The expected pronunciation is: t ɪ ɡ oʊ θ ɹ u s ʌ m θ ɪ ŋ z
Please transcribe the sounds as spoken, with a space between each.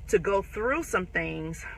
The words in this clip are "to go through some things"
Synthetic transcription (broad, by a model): t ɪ ɡ oʊ θ ɹ u s ʌ m θ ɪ ŋ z